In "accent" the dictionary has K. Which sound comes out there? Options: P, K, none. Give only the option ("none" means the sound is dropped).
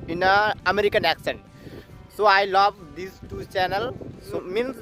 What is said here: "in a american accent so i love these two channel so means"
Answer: K